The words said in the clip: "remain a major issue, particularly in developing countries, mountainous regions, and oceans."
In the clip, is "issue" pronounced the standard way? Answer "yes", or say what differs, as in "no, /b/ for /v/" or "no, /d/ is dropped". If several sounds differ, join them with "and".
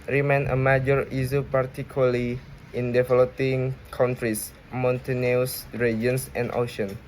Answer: no, /s/ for /ʃ/